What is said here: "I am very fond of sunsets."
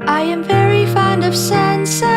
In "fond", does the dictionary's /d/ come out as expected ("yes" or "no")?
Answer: yes